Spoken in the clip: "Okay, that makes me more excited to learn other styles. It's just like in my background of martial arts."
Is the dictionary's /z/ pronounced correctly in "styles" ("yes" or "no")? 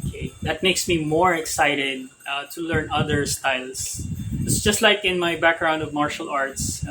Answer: no